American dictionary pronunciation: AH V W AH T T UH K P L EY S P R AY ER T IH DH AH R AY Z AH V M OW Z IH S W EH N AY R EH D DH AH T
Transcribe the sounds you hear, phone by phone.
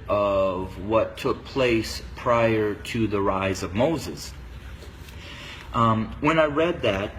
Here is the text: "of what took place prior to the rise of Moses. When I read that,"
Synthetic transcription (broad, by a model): AH V W AH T T UH K P L EY S P R AY ER T IH DH AH R AY Z AH V M OW Z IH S W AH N AY R EH D DH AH T